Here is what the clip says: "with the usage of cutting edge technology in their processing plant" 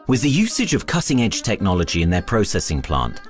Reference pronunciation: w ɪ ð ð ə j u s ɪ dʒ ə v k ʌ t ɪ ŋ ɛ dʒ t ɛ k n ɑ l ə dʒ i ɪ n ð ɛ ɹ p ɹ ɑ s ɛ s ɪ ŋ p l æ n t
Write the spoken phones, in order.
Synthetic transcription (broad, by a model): w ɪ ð ð ə j u s ɪ dʒ ə v k ʌ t ɪ ŋ ɛ dʒ t ɛ k n ɑ l ə dʒ i ɪ n ð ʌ p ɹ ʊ s ɛ s ɪ ŋ p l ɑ n t